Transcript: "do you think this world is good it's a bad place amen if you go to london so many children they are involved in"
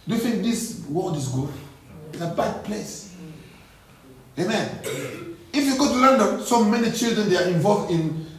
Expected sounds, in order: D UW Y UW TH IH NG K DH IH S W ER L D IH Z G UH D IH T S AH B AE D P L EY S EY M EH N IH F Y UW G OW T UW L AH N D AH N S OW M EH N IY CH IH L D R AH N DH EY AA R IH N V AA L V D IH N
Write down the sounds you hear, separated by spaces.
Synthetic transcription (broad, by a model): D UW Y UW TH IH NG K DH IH S W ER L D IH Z G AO IH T AH B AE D P L EY S EY M EH N IH F Y UW G OW T UW L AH N D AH N S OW M EH N IY CH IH L D R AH N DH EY AA R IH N V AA L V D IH N